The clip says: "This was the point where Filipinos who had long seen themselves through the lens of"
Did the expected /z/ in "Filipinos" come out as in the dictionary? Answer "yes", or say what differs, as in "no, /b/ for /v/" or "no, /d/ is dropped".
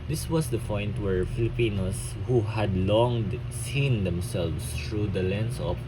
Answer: no, /s/ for /z/